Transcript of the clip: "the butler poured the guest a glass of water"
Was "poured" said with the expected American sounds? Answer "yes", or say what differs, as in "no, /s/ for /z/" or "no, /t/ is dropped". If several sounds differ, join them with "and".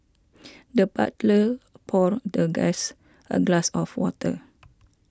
yes